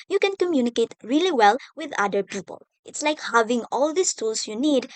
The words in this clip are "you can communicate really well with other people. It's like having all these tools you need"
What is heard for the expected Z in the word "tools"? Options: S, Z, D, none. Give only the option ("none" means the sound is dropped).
S